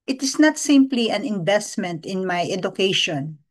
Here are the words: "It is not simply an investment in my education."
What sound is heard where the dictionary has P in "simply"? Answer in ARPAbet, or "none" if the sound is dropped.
P